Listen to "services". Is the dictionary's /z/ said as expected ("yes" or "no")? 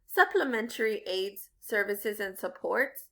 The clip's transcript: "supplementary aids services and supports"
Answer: yes